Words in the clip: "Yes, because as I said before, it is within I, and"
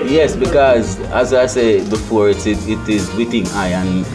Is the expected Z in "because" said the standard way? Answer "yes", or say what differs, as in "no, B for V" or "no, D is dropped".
yes